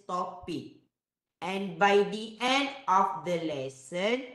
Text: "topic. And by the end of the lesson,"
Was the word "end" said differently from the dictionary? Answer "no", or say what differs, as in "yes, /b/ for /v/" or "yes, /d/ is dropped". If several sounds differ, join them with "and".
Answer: no